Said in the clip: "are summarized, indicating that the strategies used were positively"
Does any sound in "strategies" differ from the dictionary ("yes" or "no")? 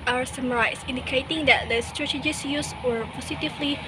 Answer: yes